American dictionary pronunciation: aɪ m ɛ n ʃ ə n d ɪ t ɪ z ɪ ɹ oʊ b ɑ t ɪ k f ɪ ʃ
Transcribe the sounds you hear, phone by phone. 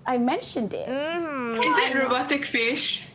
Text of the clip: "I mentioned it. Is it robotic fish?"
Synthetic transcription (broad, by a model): aɪ m ɛ n ʃ ə n d ɪ t ɪ z ɪ ɹ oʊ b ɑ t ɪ k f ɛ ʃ